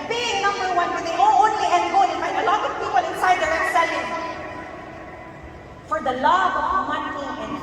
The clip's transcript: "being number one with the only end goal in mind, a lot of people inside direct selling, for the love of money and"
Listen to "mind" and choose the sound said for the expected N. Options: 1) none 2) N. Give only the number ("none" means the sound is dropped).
1